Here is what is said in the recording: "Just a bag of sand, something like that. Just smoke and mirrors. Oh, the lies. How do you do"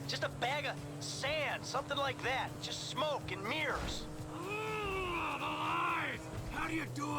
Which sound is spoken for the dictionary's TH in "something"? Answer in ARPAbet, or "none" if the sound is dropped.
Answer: TH